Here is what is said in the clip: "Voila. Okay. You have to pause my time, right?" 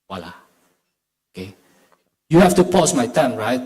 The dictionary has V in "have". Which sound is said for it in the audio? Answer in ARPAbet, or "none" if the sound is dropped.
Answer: F